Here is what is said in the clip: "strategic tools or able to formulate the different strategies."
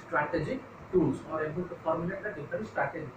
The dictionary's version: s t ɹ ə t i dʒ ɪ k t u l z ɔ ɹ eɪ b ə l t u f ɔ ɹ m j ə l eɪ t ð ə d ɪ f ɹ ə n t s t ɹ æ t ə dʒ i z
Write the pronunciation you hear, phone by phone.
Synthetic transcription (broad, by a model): s t ɹ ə t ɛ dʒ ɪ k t u l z ɔ ɹ eɪ b ə l t u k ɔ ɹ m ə n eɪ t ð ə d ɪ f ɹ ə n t s t ɹ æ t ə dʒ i